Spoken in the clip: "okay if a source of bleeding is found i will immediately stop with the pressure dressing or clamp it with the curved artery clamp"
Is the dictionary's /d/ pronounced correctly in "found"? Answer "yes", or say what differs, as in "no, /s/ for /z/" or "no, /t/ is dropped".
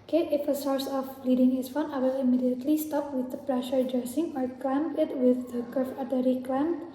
no, /d/ is dropped